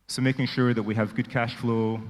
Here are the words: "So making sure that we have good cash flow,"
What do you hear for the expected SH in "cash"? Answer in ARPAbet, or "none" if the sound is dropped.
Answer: SH